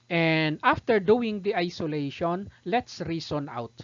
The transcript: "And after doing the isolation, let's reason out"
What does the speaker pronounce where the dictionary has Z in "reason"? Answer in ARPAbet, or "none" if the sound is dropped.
S